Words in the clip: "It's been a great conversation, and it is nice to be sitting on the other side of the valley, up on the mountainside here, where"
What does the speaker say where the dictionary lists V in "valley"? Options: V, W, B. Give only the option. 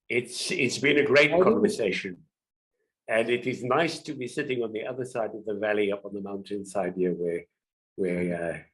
V